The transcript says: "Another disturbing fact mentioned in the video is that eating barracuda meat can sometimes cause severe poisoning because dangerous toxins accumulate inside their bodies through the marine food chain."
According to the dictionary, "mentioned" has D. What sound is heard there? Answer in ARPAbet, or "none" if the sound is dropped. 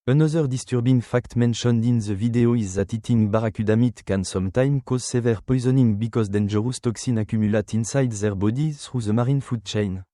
D